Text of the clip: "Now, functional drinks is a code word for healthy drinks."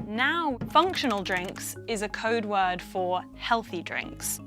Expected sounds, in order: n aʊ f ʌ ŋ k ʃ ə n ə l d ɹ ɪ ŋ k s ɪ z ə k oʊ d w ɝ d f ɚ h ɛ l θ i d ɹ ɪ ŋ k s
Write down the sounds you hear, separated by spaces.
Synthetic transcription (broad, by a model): n aʊ f ʌ ŋ k ʃ ə n ə l d ɹ ɪ ŋ k s ɪ z ə k oʊ d w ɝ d f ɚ h ɛ l θ i d ɹ ɪ ŋ k s